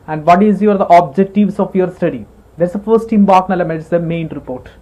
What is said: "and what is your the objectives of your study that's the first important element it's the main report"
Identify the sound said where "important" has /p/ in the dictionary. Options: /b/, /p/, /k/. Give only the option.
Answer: /b/